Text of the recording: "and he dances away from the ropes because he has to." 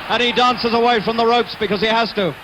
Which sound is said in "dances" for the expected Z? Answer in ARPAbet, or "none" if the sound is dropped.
Z